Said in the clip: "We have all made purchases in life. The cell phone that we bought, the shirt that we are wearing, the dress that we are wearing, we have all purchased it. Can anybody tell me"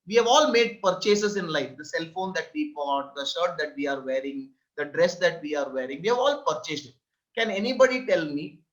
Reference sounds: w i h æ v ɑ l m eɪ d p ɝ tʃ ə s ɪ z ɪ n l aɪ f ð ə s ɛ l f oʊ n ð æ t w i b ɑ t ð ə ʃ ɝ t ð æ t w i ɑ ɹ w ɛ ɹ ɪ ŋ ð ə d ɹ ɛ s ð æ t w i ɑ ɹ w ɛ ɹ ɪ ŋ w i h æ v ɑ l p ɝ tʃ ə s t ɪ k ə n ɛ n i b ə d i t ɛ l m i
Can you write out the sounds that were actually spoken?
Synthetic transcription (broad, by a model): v i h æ v ɑ l m eɪ d p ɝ tʃ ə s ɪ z ɪ n l aɪ f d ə s ɛ l f oʊ n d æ t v i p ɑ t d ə ʃ ɝ t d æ t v i ɑ ɹ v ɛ ɹ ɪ ŋ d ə d ɹ ɛ s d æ t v i ɑ ɹ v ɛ ɹ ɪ ŋ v i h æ v ɑ l p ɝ tʃ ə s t ɪ k ə n ɛ n i b ə d i t ɛ l m i